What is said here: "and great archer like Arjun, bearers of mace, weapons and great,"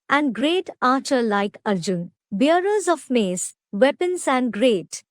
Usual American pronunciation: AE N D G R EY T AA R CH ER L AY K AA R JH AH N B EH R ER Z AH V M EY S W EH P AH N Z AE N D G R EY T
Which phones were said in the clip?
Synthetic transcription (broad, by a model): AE N D G R EY T AA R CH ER L AY K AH R JH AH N B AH R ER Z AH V M EY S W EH P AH N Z AE N D G R EY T